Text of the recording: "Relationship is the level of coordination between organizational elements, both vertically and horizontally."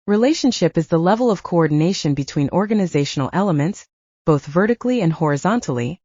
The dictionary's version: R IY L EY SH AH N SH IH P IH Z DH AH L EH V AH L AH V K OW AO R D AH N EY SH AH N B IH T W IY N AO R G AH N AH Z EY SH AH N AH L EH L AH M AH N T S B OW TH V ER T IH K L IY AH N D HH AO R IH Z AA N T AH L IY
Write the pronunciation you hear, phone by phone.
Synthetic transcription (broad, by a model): R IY L EY SH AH N SH IH P IH Z DH AH L EH V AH L AH V K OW AO R D N EY SH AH N B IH T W IY N AO R G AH N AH Z EY SH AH N L EH L AH M AH N T S B OW TH V ER T IH K L IY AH N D HH AO R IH Z AA N T L IY